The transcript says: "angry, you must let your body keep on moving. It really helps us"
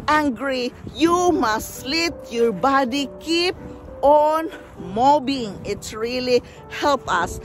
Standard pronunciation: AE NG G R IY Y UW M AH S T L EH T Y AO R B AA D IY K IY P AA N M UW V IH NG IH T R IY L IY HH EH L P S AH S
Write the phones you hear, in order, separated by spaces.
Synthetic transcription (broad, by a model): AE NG G R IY Y UW M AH S T L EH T Y AO R B AA D IY K IY P AA N M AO B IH NG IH T R IY L IY HH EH L P AH S